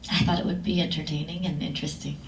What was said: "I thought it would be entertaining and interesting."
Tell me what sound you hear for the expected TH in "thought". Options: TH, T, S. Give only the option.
TH